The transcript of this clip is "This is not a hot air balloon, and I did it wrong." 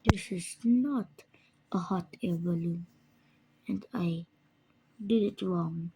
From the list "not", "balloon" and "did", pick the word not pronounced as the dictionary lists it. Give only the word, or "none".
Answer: balloon